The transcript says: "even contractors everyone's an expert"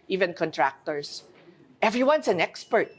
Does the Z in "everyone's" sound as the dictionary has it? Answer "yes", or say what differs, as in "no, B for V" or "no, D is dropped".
no, S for Z